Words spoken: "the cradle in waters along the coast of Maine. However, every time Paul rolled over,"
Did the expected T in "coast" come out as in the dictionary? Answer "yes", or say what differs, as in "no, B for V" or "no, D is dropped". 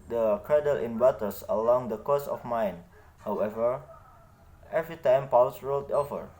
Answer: no, T is dropped